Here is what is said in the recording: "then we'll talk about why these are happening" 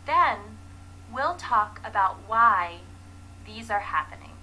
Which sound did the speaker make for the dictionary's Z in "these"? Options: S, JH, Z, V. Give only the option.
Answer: Z